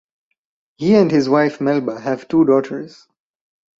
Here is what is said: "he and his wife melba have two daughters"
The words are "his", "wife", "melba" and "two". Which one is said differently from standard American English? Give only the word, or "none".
none